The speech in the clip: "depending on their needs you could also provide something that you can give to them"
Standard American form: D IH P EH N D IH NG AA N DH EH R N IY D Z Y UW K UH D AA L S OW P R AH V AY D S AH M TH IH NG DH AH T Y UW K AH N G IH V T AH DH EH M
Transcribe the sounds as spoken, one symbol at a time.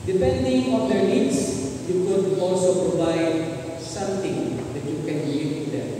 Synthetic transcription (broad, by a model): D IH P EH N D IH NG AA N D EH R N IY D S Y UW K UH D AA L S OW P R AH V AY D S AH M T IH NG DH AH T Y UW K AH N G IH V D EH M